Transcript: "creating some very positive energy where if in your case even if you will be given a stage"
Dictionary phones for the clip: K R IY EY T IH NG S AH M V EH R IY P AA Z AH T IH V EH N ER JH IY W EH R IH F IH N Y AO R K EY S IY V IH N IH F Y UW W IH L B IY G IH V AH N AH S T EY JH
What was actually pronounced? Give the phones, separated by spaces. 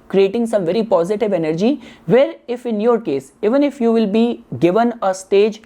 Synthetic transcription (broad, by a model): K R IY EY T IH NG S AH M V EH R IY P AA Z AH T IH V EH N ER JH IY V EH R IH F IH N Y AO R K EY S IY V IH N IH F Y UW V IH L B IY G IH V AH N AH S T EY JH